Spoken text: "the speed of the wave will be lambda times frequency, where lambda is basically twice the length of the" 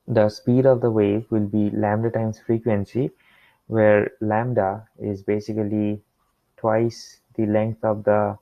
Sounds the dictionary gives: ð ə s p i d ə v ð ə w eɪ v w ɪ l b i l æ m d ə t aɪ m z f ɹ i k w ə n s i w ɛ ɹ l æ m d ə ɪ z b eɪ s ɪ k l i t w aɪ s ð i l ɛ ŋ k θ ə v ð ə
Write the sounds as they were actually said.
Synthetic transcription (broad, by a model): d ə s p i d ə v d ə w eɪ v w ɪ l b i l æ m d ə t aɪ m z f ɹ i k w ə n s i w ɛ ɹ l æ m d ə ɪ z b eɪ s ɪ k l i t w aɪ s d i l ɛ ŋ k t ə v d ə